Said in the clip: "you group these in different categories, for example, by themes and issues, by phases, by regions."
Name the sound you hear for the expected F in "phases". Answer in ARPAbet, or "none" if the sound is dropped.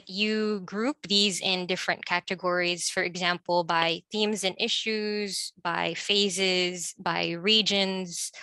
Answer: F